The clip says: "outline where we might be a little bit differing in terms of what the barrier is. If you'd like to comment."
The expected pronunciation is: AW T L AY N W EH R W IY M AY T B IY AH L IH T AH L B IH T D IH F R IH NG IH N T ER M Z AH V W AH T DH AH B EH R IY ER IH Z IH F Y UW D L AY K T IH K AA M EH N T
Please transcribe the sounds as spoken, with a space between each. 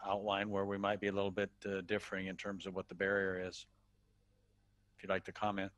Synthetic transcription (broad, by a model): AW T L AY N W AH R W IY M AY T B IY AH L IH T L B IH T D IH F R IH NG IH N T ER M Z AH V W AH T DH AH B EH R IY ER IH Z IH F Y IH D L AY K T IH K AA M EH N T